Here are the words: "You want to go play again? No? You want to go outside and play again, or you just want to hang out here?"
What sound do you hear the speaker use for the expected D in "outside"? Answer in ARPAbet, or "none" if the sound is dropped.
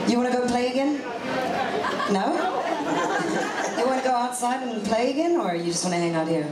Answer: D